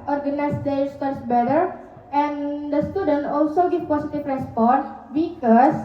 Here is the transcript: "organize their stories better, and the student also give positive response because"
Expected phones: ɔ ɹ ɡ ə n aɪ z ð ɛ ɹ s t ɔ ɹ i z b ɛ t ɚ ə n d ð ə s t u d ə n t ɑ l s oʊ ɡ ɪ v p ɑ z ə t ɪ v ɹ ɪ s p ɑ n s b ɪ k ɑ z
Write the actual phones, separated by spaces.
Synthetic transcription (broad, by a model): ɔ ɹ ɡ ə n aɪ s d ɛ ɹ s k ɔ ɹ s b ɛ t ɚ ə n d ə s t u d ə n t ɑ l s oʊ ɡ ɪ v p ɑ s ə t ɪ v ɹ ɪ s p ɑ n s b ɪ k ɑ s